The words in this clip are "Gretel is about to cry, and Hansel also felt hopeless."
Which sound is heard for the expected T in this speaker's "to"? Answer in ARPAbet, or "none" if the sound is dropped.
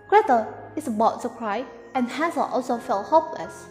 S